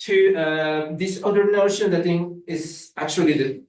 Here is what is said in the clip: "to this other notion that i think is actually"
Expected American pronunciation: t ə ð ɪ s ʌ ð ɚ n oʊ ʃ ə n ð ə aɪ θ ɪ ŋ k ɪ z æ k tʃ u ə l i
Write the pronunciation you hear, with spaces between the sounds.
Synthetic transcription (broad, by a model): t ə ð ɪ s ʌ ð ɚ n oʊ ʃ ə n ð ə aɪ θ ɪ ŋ ɪ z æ k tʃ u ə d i